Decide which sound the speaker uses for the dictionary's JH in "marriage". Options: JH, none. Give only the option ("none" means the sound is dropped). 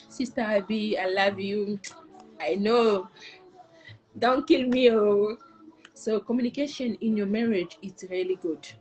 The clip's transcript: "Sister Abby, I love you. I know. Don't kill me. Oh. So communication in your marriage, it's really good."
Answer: JH